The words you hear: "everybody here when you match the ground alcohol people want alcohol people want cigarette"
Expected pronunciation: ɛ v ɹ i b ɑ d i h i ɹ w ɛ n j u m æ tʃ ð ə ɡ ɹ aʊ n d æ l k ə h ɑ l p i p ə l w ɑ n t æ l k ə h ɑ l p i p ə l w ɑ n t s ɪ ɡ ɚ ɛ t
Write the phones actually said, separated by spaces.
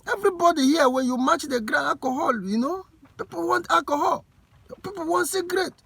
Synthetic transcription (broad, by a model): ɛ v ɹ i b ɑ d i h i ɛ w ɛ n j u m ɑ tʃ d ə ɡ ɹ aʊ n ɑ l k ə h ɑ l p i p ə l w ɑ n t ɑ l k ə h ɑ l p i p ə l w ɑ n t s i ɡ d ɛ t